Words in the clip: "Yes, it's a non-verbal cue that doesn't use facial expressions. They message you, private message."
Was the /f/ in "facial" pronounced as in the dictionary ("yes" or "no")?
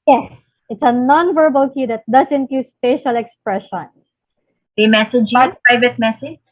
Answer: no